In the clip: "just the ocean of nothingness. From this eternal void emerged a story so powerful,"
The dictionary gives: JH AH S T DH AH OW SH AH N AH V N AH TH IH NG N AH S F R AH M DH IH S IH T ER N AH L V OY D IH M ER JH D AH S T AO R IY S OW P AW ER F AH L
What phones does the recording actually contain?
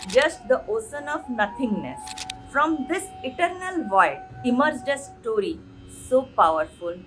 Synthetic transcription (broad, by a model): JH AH S T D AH OW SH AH N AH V N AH T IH NG N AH S F R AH M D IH S IH T ER N AH L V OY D IH M ER JH D AH S T AO R IY S OW P AW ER F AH L